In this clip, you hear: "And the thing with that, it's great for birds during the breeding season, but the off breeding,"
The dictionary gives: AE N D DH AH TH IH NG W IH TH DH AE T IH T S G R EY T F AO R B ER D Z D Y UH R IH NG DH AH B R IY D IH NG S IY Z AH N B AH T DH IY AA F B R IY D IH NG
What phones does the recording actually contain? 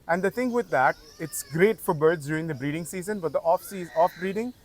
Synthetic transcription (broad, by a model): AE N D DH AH T IH NG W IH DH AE T IH T S G R EY T F AO R B ER D Z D Y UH R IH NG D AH B R IY D IH NG S IY Z AH N B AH T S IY AA F B R IY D IH NG